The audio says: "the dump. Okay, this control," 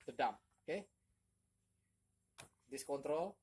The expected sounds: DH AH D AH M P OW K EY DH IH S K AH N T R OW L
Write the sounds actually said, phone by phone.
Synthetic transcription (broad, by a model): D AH D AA M OW K EY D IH S K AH N T R OW L